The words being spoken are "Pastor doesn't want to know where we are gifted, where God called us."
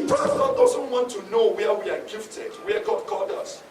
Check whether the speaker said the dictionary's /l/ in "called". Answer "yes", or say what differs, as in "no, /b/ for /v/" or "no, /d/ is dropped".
no, /l/ is dropped